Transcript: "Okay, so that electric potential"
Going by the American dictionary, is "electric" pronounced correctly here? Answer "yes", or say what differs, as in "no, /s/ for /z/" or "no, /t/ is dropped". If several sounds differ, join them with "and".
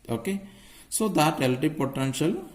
no, /k/ is dropped and /ɹ/ is dropped